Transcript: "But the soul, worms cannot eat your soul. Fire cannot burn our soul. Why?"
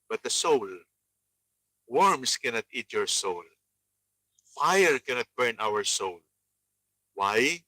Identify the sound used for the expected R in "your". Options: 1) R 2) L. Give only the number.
1